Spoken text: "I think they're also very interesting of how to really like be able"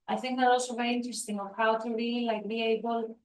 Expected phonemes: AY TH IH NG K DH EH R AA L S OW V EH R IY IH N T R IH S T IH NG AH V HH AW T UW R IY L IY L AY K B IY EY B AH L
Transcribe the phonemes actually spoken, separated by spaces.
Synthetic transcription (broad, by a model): AY TH IH NG K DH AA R AA L S OW V EH R IY IH N T R IH S T IH NG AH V HH AW T UW R IY L IY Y K B IY EY B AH L